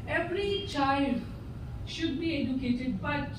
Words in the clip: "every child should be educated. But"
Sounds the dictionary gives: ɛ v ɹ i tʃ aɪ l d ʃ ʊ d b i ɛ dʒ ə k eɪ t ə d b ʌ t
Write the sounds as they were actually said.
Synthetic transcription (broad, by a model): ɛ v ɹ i tʃ aɪ l d ʃ ʊ d b i ɛ dʒ ə k eɪ t ə d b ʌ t